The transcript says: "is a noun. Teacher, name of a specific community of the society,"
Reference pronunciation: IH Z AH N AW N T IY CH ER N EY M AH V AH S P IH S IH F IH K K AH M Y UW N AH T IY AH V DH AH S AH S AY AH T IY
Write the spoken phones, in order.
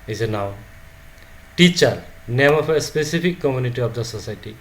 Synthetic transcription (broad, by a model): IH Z AH N AW T IY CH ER N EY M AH P AH S P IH S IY P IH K K AH M Y UW N AH T IY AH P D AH S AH S AY T IY